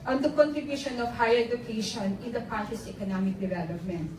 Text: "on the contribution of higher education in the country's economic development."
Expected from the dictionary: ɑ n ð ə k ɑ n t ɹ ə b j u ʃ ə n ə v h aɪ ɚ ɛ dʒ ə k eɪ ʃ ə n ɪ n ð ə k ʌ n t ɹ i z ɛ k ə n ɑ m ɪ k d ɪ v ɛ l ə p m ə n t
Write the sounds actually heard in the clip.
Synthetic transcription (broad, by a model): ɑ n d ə k ɑ n t ɹ ə b j u ʃ ə n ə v h aɪ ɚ ɛ dʒ ə k eɪ ʃ ə n ɪ n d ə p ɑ t i s ɛ k ə n ɑ m ɪ k d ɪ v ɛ l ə p m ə n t